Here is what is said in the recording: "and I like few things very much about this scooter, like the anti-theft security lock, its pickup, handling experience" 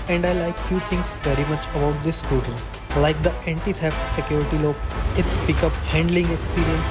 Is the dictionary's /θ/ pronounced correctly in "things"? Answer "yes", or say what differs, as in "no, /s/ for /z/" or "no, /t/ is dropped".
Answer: no, /t/ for /θ/